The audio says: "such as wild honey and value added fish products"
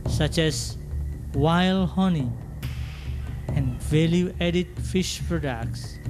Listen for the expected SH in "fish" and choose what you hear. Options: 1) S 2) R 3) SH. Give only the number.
3